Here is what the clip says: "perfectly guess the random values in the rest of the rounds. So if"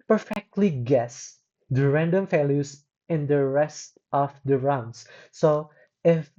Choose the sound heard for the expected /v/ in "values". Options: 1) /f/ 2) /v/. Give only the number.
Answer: 1